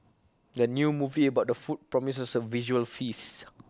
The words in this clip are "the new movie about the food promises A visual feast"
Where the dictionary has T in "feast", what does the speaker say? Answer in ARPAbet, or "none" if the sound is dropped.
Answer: none